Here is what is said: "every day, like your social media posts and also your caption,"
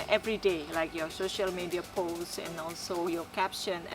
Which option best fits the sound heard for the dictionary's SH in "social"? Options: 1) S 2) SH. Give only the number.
2